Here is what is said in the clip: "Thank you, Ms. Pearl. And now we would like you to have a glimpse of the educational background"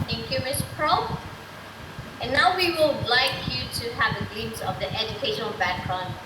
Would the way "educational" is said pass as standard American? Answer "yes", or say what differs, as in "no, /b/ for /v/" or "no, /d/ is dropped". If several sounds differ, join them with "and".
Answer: yes